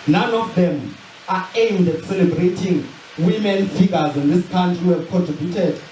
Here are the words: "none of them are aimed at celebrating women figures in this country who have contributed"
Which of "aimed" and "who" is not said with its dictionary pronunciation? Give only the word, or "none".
none